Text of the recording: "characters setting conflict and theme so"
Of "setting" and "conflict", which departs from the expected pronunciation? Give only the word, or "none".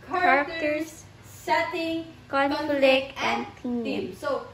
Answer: conflict